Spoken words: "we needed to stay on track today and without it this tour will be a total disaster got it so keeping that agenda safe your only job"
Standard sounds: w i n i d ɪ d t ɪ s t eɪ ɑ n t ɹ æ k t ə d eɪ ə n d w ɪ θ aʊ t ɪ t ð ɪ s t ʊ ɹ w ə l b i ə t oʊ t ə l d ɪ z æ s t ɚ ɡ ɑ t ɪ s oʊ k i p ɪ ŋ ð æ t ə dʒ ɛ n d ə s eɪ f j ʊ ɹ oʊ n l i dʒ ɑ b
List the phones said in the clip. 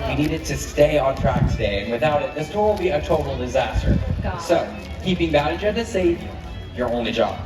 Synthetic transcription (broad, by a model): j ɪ n i d ɪ d t ɪ s t eɪ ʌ n t ɹ æ k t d eɪ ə n w ɪ θ aʊ t ɪ t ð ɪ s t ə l b i ə t oʊ t l d ɪ z æ s t ɚ s oʊ k i p ɪ ŋ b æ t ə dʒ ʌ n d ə s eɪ j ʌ ɹ oʊ n l i dʒ ɑ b